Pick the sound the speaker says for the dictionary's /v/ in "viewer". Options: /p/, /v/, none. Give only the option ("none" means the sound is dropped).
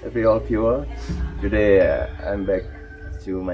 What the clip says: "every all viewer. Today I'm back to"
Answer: /p/